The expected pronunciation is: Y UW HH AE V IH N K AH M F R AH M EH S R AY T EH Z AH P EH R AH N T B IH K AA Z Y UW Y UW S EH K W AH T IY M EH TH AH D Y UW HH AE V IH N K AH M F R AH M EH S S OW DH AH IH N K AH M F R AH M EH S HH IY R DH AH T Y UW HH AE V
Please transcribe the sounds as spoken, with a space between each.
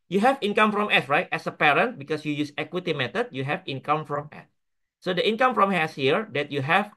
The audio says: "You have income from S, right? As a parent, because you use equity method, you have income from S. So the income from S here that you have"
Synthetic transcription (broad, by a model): Y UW HH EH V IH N K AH M F R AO M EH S R AY T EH S AH P EH R AH N T B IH K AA S Y UW Y UW S EH K W AH T IY M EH T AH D Y UW HH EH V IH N K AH M F R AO M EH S S OW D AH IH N K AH M F R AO M EH S HH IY R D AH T Y UW HH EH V